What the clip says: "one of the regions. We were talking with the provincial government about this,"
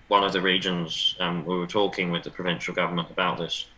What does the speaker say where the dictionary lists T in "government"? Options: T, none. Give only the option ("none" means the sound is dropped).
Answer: T